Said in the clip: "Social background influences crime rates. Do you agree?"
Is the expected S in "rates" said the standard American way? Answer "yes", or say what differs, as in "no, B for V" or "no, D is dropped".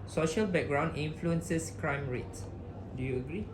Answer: no, S is dropped